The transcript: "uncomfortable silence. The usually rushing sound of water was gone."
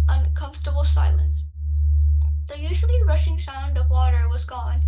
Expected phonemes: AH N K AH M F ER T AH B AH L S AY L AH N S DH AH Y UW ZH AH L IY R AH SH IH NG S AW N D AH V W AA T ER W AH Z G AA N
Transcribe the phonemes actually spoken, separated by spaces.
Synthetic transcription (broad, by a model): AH N K AH M F T AH B L S AY L AH N S DH AH Y UW ZH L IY R AH SH IH NG S AW N D AH V W AA T ER W AH Z G AA N